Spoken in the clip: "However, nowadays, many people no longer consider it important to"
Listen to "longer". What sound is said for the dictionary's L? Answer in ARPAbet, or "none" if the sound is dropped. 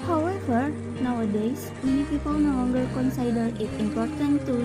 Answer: W